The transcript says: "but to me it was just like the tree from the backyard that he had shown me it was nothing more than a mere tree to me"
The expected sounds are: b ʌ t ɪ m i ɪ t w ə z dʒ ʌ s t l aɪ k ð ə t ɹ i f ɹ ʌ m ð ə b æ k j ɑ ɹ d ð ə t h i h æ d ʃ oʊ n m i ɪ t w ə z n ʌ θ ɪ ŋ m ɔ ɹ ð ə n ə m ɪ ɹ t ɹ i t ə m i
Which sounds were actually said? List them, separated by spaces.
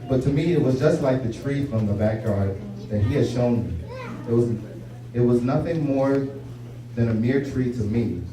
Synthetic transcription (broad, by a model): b ʌ t ɪ m i ɪ t w ə z dʒ ʌ s t l aɪ k ð ə t ɹ i f ɹ ʌ m ð ə b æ k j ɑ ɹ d ð ə t h i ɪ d ʃ oʊ n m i ɪ t w ə z n ʌ θ ɪ ŋ m ɔ ɹ ð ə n ə m ɪ ɹ t ɹ i t ə m i